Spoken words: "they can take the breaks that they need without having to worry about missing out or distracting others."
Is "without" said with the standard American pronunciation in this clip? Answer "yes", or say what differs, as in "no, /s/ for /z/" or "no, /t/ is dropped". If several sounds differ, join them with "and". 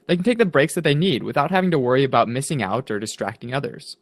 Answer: yes